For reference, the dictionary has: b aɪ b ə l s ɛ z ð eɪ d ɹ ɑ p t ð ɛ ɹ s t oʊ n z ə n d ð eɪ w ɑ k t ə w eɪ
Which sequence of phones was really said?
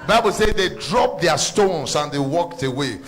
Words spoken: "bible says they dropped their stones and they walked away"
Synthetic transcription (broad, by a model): b aɪ b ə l s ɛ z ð eɪ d ɹ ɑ p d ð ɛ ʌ s t oʊ n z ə n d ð eɪ w ɑ k t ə w eɪ